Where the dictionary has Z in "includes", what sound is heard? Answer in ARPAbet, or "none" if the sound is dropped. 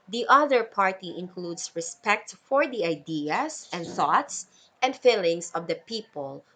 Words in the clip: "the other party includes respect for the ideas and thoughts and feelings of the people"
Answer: S